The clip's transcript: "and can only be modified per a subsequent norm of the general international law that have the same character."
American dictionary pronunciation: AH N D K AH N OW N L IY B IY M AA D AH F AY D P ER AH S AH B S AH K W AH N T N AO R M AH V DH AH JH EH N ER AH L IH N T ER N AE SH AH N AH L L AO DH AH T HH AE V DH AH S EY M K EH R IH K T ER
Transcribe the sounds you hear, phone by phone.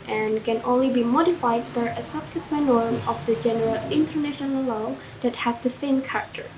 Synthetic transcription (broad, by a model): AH N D K AH N OW N L IY B IY M AA D AH F AY D B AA AH S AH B S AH K W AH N N AO R M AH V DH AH JH EH N ER AH L IH N T ER N AE SH AH N AH L L AO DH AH T HH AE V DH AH S EY M K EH R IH K T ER